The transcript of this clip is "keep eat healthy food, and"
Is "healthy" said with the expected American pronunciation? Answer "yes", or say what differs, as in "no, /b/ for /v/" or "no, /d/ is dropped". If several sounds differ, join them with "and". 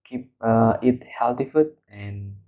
no, /t/ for /θ/